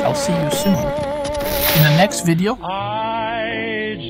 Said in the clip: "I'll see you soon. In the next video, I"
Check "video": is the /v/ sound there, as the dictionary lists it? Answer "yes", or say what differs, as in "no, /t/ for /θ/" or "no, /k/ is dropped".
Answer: yes